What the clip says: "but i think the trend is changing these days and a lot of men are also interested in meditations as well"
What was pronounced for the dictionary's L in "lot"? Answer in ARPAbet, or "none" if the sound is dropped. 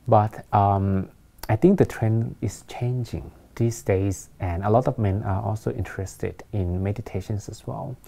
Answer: L